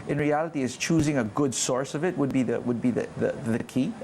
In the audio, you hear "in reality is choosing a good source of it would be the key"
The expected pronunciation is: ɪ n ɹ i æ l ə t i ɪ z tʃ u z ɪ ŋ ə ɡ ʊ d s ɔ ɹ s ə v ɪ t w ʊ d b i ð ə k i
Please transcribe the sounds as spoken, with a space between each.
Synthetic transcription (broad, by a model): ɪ n ɹ i æ l ə t i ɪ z tʃ u z ɪ ŋ ə ɡ ʊ d s ɔ ɹ s ə v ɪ t w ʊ d b i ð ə k i